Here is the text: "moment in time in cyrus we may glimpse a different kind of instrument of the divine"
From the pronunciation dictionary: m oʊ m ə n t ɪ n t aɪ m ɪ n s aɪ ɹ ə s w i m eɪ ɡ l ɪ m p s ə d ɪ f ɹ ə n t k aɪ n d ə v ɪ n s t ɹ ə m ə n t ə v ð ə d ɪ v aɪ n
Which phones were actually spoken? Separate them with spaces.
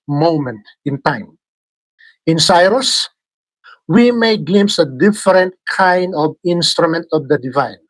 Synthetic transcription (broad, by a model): m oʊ m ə n t ɪ n t aɪ m ɪ n s aɪ ɹ ə s w i m eɪ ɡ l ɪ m s ə d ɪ f ɹ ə n t k aɪ n d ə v ɪ n s t ɹ ə m ə n t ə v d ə d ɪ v aɪ n